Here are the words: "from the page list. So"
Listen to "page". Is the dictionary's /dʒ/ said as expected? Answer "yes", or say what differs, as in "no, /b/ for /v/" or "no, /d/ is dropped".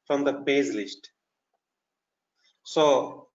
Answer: no, /z/ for /dʒ/